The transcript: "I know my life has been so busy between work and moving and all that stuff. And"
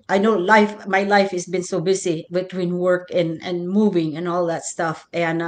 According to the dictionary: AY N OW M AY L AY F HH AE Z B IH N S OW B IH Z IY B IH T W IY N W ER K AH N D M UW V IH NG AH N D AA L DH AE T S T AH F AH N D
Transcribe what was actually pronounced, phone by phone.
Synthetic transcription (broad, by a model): AY N OW M AY L AY F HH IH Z B IH N S OW B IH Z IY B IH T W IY N W ER K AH N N M UW V IH NG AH N AA L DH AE T S T AH F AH N